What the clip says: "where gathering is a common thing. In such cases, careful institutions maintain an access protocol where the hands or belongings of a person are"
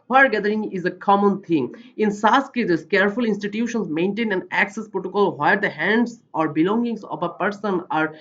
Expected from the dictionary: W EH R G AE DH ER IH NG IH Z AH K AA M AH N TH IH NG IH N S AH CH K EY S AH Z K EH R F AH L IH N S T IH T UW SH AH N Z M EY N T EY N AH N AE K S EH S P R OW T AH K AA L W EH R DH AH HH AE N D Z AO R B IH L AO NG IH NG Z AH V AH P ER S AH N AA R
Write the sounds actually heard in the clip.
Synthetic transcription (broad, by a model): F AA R G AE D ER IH NG IH Z AH K AA M AH N T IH NG IH N S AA S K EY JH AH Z K EH R F AH L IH N S T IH T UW SH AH N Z M EY N T EY N AH N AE K S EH S P R OW T AH K AA L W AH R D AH HH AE N D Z AO R B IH L AO NG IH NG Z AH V AH P ER S AH N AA R